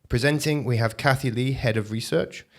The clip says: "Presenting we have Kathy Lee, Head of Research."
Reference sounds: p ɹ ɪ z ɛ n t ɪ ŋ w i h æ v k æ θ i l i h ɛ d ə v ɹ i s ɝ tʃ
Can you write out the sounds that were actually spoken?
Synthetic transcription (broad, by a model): p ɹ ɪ z ɛ n t ɪ ŋ w i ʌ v k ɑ θ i l i h ɛ d ə v ɹ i s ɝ tʃ